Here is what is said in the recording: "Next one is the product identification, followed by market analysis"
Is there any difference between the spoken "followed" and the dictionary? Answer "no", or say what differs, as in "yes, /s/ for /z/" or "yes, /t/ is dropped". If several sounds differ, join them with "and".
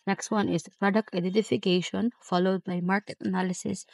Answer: no